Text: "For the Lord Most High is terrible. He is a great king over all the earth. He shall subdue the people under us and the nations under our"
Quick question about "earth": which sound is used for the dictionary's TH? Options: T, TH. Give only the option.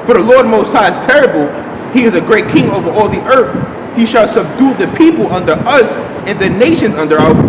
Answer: TH